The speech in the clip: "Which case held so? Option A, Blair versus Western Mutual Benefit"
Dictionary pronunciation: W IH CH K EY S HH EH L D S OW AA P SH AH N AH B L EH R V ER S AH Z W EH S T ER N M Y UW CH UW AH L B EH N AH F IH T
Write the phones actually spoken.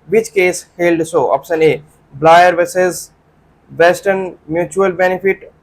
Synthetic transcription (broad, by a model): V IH CH K EY S HH EH L D S OW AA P S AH N AH B L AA R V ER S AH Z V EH S T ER N M Y UW CH UW AH L B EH N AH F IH T